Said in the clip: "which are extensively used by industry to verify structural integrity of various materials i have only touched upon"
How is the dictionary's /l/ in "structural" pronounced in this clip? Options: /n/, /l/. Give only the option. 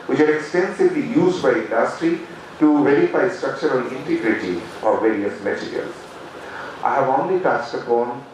/n/